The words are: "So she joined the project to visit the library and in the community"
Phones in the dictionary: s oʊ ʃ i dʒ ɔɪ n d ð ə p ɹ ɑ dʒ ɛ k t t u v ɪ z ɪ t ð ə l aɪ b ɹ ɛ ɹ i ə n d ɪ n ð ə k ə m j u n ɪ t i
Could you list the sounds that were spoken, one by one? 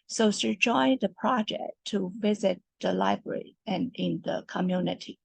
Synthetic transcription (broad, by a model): s oʊ s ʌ dʒ ɔɪ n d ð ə p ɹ ɑ dʒ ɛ k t t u v ɪ z ɪ t ð ə l aɪ b ɹ ɛ ɹ i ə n ɪ n ð ə k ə m j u n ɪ t i